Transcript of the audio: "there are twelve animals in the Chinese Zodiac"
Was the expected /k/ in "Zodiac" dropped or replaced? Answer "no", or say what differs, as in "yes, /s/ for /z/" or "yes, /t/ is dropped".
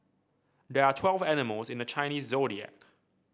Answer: no